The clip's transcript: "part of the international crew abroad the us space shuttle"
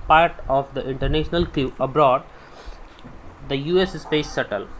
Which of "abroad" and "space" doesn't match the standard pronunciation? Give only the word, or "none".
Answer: none